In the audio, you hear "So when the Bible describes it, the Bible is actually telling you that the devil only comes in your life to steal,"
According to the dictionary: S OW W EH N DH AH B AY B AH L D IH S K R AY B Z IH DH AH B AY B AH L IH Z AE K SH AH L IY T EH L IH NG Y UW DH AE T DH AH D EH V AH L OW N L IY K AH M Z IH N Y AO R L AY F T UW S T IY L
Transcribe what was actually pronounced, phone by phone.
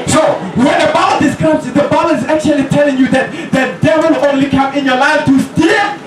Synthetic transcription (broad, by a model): S OW W EH N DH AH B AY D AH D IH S K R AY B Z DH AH B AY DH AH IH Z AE K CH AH L IY T EH L IH NG Y UW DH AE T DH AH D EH W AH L OW N L IY K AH M IH N Y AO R L AY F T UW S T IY